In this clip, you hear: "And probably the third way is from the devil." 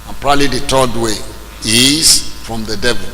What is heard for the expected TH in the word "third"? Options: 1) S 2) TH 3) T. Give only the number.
3